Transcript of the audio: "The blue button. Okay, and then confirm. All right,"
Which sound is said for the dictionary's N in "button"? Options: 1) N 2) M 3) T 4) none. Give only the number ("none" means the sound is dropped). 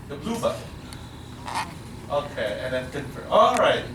4